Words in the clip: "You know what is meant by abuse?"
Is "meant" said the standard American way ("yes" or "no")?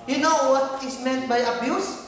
yes